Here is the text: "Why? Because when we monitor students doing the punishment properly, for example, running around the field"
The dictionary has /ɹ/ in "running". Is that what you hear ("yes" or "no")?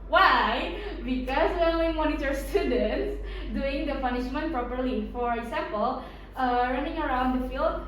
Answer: yes